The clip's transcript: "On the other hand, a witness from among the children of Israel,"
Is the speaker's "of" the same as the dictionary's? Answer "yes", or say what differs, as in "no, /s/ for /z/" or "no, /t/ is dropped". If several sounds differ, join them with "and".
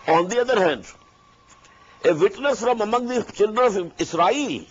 no, /f/ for /v/